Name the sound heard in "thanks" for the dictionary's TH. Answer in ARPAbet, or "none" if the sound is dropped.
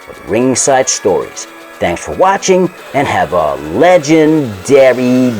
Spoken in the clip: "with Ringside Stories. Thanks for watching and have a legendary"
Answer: TH